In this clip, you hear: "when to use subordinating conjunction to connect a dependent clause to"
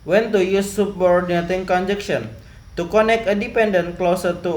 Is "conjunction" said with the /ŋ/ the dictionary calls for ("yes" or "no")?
no